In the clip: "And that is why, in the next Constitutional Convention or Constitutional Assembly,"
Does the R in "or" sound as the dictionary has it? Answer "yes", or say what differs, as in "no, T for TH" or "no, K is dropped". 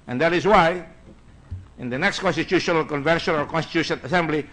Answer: no, L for R